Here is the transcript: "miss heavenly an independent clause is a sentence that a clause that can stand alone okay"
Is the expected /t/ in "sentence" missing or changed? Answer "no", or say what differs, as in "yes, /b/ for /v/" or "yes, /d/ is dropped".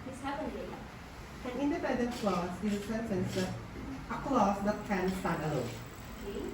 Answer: yes, /s/ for /t/